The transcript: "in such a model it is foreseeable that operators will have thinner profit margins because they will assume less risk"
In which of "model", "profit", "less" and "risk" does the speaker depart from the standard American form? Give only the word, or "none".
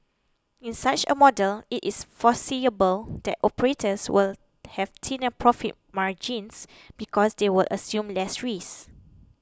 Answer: risk